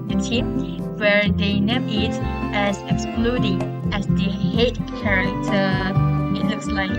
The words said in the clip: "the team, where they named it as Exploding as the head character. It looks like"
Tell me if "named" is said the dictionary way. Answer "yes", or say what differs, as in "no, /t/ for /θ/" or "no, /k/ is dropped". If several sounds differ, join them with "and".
no, /d/ is dropped